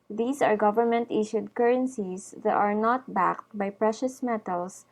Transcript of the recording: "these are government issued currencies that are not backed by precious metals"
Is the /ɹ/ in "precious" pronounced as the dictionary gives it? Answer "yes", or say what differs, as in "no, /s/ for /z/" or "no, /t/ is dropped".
yes